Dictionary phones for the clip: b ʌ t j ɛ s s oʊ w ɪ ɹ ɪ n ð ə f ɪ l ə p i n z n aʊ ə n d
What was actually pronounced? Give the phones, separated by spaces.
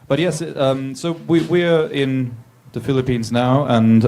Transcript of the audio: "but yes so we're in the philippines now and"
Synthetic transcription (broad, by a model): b ʌ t j ɛ s s oʊ w ɪ ɹ ɪ n ð ə f ɪ l ə p i n z n aʊ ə n